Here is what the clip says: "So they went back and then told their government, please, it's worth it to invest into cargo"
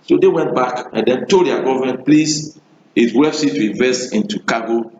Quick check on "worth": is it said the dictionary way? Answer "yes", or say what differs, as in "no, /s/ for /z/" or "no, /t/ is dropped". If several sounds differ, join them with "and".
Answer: no, /s/ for /θ/